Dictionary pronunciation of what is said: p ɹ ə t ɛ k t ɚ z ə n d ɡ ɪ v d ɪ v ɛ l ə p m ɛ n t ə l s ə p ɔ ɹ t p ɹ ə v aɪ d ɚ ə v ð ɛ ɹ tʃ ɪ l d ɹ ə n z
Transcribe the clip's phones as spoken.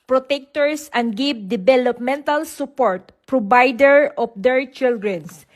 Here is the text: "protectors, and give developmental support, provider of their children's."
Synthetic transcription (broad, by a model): p ɹ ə t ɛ k t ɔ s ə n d ɡ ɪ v d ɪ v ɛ l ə p m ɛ n t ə l s ə p ɔ ɹ t p ɹ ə b aɪ d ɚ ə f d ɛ ɹ tʃ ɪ l d ɹ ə n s